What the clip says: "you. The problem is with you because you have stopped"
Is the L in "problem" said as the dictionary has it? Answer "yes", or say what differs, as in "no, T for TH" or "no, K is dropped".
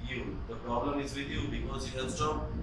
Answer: yes